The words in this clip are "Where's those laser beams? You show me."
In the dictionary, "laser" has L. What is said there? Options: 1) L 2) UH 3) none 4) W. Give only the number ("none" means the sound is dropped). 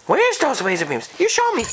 4